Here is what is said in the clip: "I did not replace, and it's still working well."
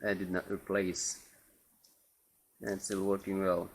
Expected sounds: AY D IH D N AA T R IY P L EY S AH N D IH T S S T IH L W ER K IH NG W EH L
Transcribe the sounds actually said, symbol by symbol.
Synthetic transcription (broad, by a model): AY D IH D N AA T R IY P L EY AH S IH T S S T IH L W ER K IH NG W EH L